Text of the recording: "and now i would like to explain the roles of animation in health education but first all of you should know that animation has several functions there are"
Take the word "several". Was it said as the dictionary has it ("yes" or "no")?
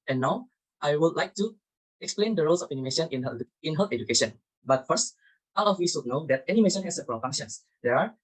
no